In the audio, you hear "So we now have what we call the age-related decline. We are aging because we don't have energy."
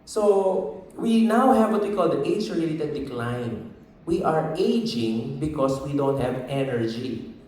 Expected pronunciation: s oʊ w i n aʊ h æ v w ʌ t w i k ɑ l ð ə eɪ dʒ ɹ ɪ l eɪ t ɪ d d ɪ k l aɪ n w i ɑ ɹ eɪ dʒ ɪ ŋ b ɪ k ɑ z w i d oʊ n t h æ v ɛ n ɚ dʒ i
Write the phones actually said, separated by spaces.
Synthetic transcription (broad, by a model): s oʊ w i n aʊ h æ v w ʌ t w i k ɑ l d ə eɪ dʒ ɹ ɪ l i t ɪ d d ɪ k l aɪ n w i ɑ ɹ eɪ dʒ ɪ ŋ b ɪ k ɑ s w i d oʊ n t h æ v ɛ n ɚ dʒ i